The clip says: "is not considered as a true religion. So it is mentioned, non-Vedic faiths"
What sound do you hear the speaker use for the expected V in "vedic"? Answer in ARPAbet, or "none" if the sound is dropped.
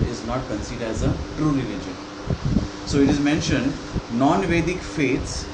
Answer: V